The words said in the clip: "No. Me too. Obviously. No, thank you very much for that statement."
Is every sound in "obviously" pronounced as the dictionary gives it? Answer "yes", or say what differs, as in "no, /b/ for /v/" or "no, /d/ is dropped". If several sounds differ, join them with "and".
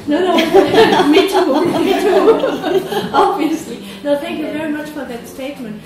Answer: yes